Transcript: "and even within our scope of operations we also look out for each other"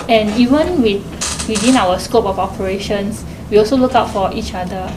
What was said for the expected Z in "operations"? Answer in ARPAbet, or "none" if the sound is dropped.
S